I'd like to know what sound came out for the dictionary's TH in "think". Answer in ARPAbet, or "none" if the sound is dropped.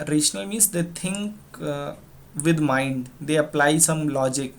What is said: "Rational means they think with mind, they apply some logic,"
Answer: T